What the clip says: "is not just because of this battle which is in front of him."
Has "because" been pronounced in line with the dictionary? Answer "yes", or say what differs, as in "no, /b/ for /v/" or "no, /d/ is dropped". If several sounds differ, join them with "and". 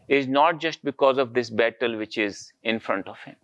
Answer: yes